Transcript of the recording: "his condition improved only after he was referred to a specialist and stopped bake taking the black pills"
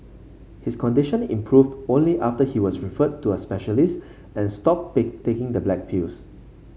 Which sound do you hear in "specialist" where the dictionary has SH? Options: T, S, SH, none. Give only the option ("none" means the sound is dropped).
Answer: SH